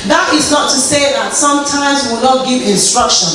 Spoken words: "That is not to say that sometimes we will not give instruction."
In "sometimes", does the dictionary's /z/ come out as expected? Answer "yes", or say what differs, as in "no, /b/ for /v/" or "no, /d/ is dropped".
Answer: yes